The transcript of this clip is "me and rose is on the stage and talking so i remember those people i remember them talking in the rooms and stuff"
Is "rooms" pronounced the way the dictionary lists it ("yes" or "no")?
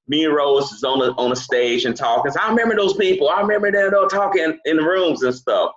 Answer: yes